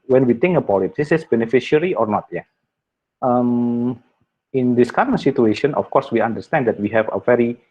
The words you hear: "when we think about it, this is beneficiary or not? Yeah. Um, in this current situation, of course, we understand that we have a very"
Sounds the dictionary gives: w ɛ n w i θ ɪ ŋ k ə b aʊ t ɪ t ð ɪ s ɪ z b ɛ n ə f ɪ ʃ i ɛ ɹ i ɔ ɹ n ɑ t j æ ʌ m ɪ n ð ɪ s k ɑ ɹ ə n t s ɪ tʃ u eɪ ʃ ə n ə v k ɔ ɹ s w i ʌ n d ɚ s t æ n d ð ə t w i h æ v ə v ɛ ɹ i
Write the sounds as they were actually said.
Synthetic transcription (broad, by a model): w ɛ n w i t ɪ ŋ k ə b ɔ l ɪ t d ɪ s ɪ s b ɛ n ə f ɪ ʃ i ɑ ɹ i ɔ ɹ n ɑ t j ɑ ʌ m ɪ n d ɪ s k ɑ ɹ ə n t s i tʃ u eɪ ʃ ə n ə f k ɔ ɹ s w i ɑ n d ɚ s t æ n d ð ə t w i h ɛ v ə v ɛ ɹ i